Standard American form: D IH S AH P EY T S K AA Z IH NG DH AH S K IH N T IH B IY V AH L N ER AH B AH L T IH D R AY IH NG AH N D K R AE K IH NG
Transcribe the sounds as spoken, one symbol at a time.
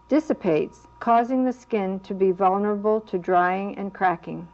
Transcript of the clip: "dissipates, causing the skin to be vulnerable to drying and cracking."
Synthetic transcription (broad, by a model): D IH S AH P EY T S K AA Z IH NG DH AH S K IH N T IH B IY V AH L N ER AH B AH L T IH D R AY IH NG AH N K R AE K IH NG